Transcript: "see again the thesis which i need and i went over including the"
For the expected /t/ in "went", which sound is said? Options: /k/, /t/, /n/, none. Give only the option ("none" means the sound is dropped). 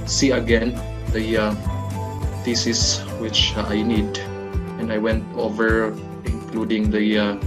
/t/